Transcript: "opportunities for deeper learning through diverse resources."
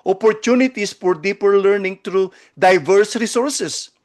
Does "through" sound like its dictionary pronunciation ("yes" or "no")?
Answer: no